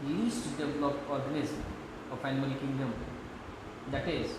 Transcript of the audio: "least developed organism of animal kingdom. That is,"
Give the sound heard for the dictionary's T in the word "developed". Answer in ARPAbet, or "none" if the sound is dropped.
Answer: none